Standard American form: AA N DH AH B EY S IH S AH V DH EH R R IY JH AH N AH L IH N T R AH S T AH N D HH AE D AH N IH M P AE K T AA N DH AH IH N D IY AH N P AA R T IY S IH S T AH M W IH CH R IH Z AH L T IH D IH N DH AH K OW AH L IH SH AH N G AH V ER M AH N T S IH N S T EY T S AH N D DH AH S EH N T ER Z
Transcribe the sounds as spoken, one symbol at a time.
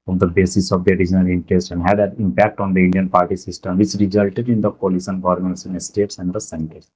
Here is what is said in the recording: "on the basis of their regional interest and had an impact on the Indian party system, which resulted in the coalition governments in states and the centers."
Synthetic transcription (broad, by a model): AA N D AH B EY S IH S AH V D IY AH R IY JH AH N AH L IH N T R AH S T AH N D HH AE D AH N IH M P AE K T AA N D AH IH N D IY AH N P AA R T IY S IH S T AH M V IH CH R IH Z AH L T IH D IH N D AH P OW L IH S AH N G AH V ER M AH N T S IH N S T EY T S AH N D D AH S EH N T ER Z